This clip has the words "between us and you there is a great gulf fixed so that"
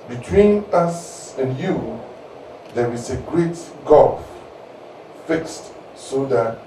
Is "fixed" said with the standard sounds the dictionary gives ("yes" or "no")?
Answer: yes